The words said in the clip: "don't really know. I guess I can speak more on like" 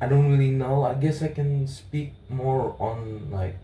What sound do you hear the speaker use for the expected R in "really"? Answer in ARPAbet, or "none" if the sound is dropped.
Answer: R